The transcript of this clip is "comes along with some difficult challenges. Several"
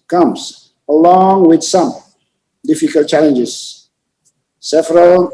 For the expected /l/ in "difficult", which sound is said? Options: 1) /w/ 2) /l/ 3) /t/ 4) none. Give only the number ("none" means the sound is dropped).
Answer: 2